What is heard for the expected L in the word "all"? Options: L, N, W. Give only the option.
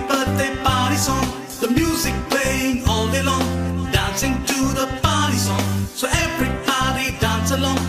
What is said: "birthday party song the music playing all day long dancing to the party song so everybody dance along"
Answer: L